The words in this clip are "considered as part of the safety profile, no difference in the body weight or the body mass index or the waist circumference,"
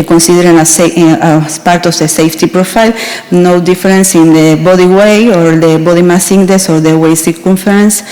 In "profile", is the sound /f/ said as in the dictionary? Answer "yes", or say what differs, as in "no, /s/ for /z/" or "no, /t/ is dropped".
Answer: yes